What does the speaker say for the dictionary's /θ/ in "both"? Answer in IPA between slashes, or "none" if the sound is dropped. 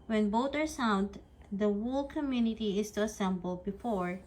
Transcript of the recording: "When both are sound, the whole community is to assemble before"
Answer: /t/